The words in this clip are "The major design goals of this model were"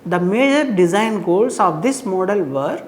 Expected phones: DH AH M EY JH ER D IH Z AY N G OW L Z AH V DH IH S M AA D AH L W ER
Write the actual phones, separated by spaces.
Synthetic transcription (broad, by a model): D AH M EY JH ER D IH Z AY N G OW L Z AH V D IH S M AA D AH L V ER